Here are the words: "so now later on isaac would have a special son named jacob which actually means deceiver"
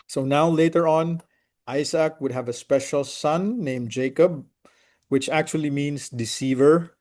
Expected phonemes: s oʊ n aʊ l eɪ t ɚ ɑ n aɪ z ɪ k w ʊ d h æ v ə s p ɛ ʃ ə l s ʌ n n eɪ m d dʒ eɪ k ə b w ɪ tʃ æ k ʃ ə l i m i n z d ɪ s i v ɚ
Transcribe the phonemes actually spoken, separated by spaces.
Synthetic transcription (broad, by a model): s oʊ n aʊ l eɪ t ɚ ɑ n aɪ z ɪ k w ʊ d h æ v ə s p ɛ ʃ ə l s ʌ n n eɪ m dʒ eɪ k ə b w ɪ tʃ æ k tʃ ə l i m i n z d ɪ s i v ɚ